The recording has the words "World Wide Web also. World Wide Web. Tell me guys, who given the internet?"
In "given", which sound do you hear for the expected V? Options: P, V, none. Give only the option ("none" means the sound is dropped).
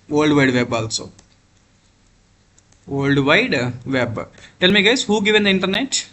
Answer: V